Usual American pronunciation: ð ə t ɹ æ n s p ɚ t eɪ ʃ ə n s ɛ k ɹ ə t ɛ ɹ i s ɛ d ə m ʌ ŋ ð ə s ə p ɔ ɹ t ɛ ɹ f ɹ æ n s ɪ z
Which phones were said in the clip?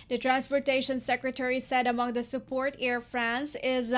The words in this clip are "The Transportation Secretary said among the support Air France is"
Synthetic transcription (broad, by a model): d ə t ɹ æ n s p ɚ t eɪ ʃ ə n s ɛ k ɹ ə t ɛ ɹ i s ɛ d ə m ʌ ŋ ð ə s ə p ɔ ɹ t ɛ ɹ f ɹ æ n s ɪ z